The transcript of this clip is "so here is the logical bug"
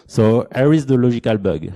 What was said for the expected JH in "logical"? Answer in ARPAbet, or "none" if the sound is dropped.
ZH